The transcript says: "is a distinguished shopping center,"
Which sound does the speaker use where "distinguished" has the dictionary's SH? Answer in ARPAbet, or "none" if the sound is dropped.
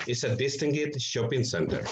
none